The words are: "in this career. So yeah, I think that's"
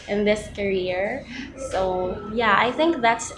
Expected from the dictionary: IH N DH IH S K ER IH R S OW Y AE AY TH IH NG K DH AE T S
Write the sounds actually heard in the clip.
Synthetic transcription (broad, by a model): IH N DH IH S K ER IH R S OW Y AE AY TH IH NG K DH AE T S